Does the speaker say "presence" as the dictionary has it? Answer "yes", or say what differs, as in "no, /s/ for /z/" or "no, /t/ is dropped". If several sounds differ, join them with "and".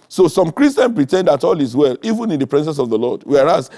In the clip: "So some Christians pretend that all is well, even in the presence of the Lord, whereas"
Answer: no, /s/ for /z/